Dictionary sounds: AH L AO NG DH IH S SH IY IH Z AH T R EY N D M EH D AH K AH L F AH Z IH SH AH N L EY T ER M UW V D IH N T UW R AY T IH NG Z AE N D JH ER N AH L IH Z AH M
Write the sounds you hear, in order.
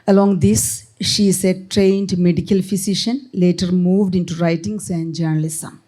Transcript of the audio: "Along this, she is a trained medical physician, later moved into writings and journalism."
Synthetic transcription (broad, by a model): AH L AO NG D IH S SH IY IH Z AH T R EY N D M EH D AH K AH L F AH S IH SH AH N L EY T ER M UW V D IH N T UW R AY T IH NG S AE N D JH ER N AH L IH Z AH M